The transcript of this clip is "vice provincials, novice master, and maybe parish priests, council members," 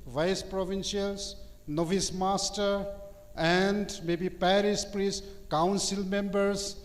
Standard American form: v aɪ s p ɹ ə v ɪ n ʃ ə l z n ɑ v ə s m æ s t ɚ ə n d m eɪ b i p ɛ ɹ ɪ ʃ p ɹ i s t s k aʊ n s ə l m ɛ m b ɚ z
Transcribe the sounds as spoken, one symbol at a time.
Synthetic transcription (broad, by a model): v aɪ s p ɹ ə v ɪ n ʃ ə l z n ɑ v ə s m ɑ s t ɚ ə n d m eɪ b i p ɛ ɹ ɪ s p ɹ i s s k aʊ n s ə l m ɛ m b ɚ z